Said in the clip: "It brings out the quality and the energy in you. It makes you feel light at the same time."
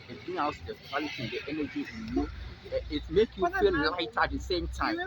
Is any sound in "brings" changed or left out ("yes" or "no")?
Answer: yes